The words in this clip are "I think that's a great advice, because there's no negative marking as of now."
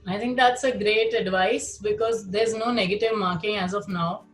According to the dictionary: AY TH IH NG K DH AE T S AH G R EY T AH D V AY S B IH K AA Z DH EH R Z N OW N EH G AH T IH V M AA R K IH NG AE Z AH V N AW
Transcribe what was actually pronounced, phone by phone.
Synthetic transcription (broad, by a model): AY T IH NG K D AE T S AH G R EY T AH D V AY S B IH K AA Z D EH R Z N OW N EH G AH T IH V M AA R K IH NG AE Z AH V N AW